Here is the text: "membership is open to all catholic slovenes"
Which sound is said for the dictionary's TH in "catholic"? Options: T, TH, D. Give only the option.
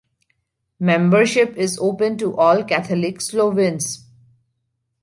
T